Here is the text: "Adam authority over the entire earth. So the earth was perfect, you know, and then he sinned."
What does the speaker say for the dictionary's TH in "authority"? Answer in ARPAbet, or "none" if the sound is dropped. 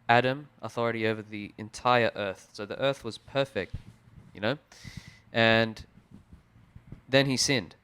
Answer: TH